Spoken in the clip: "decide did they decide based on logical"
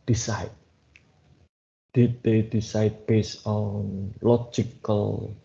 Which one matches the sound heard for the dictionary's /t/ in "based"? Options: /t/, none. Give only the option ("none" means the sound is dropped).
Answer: none